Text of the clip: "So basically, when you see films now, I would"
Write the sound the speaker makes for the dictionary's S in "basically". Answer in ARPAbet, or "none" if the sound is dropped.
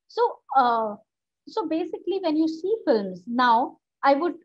S